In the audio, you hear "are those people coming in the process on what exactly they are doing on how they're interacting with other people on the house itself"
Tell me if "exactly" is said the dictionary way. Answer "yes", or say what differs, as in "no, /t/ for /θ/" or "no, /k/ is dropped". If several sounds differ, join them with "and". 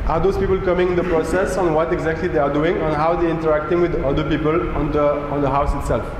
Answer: yes